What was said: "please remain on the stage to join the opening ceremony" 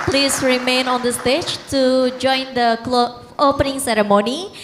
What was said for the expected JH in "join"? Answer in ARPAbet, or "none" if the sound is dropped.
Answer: JH